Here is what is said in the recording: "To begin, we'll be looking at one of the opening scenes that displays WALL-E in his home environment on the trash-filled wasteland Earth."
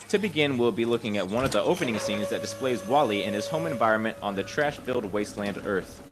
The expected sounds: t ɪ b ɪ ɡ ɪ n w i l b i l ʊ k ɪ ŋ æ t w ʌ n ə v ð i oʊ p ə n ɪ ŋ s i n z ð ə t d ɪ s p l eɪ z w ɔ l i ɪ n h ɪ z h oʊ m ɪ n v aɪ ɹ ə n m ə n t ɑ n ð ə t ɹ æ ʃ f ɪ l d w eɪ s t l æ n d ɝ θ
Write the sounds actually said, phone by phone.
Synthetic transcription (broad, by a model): t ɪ b ɪ ɡ ɪ n w i l b i l ʊ k ɪ ŋ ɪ t w ʌ n ə v ð i oʊ p ə n ɪ ŋ s i n z ð ə t d ɪ s p l eɪ z w ɔ l i ɪ n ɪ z h oʊ m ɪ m v aɪ ɹ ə n m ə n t n ð ə t ɹ æ ʃ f ɪ l d w eɪ s t l æ n d ɝ θ